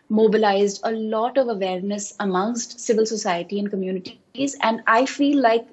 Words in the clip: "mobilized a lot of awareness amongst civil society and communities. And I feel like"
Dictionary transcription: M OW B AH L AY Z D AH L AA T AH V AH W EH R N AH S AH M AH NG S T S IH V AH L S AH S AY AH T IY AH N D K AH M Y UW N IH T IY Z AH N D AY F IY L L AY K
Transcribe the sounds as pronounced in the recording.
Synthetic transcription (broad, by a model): M OW B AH L AY Z D AH L AA T AH V AH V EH R N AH S AH M AH NG S T S IH V AH L S AH S AY AH T IY AH N D K AH M Y UW N IH T IY Z AH N D AY F IY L L AY K